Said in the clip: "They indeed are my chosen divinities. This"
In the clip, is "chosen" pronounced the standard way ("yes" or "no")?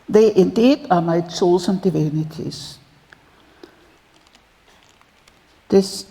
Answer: no